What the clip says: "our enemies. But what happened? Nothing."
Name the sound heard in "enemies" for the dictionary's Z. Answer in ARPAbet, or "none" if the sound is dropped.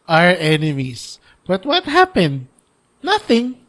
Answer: S